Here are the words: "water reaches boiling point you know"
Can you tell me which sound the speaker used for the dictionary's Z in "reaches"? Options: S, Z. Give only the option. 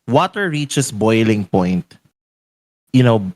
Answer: S